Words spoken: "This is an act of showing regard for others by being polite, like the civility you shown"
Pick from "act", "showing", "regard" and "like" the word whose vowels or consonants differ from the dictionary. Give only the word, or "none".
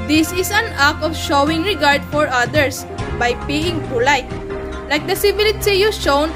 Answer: act